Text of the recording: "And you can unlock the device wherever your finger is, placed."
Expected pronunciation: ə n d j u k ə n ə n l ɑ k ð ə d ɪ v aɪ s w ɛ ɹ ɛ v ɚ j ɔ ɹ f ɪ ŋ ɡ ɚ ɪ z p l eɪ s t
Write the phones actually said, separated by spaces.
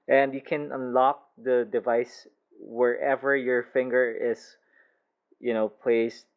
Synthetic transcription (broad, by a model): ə n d j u k ə n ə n l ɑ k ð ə d ɪ v aɪ s w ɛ ɹ ɛ v ɚ j ɔ ɹ f ɪ ŋ ɡ ɚ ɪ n p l eɪ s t